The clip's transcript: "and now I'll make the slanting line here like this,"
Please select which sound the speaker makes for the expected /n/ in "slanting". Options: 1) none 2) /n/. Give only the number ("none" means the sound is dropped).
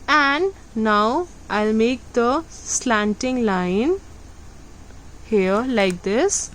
2